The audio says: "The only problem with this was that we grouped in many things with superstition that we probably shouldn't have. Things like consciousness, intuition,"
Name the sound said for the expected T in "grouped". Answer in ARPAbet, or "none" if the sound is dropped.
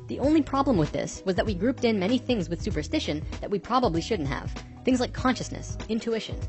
T